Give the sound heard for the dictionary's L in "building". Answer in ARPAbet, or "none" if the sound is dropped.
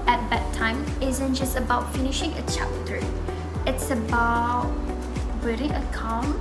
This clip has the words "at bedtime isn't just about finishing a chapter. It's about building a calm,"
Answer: none